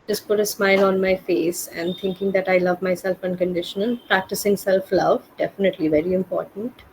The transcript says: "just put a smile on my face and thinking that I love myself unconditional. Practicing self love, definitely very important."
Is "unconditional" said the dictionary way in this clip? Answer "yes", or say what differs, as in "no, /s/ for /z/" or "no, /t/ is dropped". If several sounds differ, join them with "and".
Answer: no, /n/ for /l/